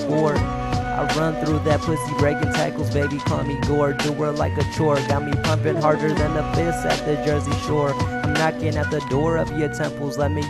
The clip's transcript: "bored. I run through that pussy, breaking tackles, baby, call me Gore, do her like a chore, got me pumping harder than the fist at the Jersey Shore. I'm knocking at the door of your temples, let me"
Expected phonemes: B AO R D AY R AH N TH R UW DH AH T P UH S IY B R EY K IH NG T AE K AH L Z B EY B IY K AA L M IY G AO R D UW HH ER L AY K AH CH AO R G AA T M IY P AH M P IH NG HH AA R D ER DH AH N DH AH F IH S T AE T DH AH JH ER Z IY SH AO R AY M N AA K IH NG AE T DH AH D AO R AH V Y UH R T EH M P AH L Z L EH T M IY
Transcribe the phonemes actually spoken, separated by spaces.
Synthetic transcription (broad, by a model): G AO R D AY R AH N TH R UW DH AH T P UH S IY B R EY K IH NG T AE K L Z B EY B IY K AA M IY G AO R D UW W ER L AY K AH CH AO R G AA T M IY P AH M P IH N HH AA R D ER DH AH N DH AH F IH S IH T DH AH JH ER Z IY SH AO R AY M N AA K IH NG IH T DH AH D AO R AH V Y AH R T EH M P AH L Z L EH T M IY